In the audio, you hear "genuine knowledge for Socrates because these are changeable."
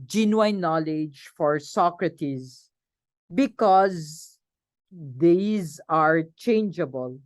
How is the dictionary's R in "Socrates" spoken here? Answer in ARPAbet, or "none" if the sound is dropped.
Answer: R